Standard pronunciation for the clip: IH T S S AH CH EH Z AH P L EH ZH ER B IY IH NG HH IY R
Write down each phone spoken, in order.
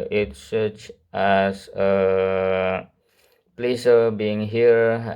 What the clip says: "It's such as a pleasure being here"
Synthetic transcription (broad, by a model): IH T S S AH CH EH S AH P L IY S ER B IY IH NG HH IY R